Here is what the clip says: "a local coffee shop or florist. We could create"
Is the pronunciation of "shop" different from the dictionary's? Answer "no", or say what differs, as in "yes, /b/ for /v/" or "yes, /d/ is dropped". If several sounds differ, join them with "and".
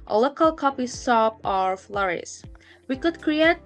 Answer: yes, /s/ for /ʃ/